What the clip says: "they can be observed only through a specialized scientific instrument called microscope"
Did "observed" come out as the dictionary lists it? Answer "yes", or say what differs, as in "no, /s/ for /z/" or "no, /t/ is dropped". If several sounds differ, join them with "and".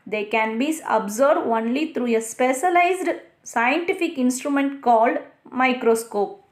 no, /v/ is dropped